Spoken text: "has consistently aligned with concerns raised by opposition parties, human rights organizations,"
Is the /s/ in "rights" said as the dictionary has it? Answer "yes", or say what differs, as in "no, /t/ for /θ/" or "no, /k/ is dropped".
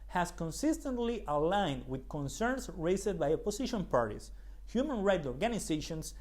no, /s/ is dropped